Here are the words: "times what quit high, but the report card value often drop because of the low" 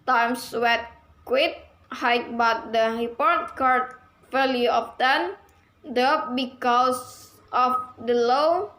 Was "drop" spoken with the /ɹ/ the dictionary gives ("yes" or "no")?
no